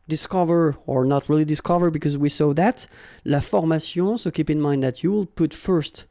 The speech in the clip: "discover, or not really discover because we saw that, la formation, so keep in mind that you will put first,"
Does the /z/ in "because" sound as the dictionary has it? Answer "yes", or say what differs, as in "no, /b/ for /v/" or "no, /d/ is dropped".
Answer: yes